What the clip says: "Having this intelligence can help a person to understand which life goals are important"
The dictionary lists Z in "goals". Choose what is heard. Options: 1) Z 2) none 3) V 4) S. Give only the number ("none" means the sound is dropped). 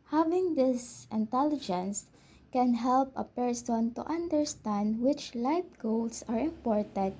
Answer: 4